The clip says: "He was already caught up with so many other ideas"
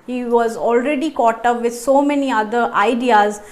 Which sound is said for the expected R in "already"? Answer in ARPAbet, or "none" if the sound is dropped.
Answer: R